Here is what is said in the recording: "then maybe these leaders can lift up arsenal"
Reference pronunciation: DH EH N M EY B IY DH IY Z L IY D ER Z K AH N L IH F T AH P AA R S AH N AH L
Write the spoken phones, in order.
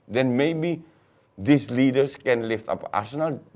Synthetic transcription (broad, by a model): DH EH N M EY B IY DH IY S L IY D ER S K AH N L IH F T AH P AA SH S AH N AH L